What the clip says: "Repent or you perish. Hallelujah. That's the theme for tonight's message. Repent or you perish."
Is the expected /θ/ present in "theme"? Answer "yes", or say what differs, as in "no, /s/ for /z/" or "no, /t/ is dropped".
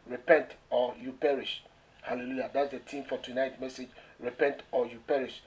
no, /t/ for /θ/